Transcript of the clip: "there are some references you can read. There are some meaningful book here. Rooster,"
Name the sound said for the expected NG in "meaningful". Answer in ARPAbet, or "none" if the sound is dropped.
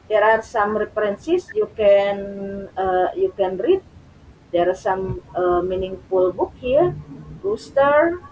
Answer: NG